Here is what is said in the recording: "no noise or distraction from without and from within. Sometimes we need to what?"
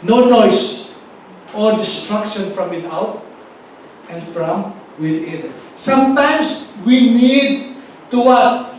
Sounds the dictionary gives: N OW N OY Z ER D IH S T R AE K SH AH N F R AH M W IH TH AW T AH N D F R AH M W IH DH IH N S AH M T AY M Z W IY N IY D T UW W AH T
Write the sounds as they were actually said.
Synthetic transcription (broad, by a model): N OW N OY S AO D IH S T R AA K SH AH N F R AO M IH T AW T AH N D F R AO M W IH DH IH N S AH M T AY M S W IY N IY D T UW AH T